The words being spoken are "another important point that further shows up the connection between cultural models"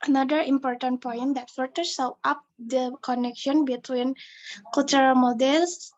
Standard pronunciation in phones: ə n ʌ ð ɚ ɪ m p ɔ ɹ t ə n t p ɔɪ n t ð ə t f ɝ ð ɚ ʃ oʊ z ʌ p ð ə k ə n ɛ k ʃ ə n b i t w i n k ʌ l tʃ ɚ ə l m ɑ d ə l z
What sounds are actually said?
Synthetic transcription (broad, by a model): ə n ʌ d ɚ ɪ m p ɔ ɹ t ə n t p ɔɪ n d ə t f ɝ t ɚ s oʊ ʌ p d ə k ə n ɛ k ʃ ə n b i t w i n k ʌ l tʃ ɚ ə l m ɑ d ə l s